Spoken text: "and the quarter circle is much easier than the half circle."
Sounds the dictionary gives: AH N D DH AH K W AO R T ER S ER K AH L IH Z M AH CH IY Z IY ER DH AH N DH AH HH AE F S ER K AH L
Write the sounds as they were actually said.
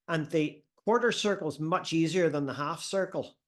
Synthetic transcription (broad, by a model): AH N DH AH K W AO R T ER S ER K L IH Z M AH CH IY Z IY ER DH AH N DH AH HH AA F S ER K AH L